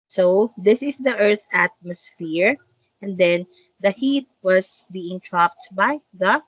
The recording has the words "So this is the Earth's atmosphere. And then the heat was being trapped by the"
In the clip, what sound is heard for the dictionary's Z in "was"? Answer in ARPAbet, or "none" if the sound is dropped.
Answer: S